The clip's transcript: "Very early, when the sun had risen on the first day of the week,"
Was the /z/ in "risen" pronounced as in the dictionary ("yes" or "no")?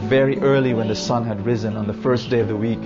yes